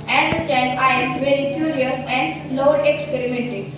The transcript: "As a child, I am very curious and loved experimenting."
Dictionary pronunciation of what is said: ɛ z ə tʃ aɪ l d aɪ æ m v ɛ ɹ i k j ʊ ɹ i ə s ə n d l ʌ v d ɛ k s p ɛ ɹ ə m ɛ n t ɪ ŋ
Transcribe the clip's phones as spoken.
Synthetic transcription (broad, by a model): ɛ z ə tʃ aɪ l aɪ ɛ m v ɛ ɹ i k j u ɹ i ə s ə n d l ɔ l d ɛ k s p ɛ ɹ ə m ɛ n t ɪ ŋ